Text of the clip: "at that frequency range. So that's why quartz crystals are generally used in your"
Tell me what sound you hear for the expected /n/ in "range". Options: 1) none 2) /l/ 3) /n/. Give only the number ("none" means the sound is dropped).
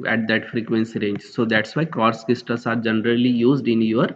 3